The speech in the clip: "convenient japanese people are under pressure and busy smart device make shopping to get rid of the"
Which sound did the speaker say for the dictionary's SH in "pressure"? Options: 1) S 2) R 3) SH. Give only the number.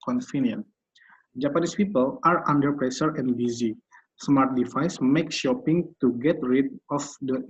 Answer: 1